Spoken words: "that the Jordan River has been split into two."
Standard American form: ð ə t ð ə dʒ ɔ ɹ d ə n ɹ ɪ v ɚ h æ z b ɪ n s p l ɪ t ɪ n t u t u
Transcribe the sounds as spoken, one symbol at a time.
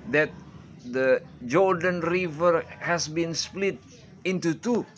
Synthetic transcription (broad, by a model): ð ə t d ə dʒ ɔ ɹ d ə n ɹ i v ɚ h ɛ s b ɪ n s p l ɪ t ɪ n t u t u